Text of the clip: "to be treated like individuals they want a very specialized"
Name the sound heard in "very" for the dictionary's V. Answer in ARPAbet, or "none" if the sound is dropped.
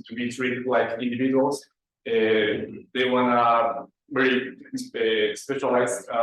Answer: B